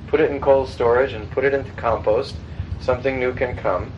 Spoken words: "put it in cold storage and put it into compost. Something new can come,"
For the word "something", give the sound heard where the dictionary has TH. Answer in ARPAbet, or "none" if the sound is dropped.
TH